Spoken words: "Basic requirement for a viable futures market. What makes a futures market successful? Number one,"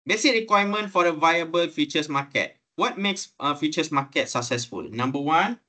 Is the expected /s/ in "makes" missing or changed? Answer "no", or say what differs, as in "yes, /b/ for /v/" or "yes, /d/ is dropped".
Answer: no